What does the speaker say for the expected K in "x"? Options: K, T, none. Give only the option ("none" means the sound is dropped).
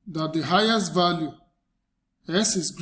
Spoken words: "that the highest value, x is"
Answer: none